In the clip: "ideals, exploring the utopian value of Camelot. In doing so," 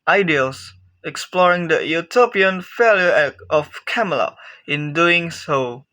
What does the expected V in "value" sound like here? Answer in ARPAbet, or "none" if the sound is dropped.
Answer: F